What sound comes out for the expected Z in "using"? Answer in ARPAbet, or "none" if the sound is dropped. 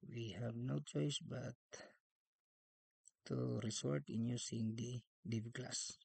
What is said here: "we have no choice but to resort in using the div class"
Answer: S